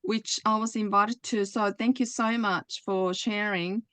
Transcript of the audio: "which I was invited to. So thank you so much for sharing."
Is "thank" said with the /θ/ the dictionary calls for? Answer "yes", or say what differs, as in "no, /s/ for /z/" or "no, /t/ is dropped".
yes